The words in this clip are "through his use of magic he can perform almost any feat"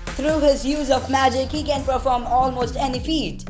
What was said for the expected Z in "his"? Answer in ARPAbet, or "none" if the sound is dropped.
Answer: Z